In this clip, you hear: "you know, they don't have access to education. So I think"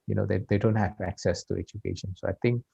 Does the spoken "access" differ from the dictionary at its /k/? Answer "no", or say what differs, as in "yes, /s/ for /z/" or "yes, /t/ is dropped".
no